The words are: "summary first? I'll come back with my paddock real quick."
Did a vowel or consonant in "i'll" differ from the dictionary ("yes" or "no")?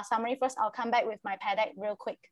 no